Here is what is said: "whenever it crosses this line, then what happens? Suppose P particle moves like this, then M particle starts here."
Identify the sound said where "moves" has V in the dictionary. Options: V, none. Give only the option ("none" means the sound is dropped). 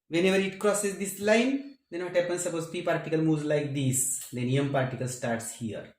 none